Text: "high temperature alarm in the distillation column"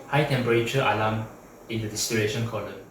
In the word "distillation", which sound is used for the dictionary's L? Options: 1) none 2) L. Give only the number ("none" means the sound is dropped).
1